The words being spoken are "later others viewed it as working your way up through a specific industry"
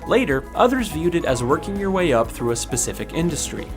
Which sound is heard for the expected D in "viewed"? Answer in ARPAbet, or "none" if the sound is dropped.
D